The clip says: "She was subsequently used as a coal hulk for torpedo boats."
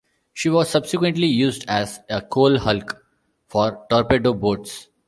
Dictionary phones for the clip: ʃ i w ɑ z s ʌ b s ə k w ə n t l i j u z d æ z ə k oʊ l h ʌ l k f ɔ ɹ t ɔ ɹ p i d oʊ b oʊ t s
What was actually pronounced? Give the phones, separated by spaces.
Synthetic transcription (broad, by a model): ʃ i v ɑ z s ʌ b s ə k w ə n t l i j u z d æ z ə k oʊ l h ʌ l k f ɔ ɹ t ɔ ɹ p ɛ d oʊ b oʊ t s